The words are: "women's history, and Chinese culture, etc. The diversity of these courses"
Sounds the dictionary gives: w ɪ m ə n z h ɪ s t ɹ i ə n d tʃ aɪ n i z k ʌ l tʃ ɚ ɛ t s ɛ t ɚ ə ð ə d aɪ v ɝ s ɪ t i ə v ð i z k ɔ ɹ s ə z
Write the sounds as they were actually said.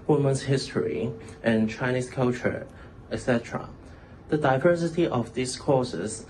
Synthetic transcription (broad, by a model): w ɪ m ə n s h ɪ s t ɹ i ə n tʃ aɪ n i s k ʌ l tʃ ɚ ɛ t s ɛ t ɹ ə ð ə d aɪ v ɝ s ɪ t i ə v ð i s k ɔ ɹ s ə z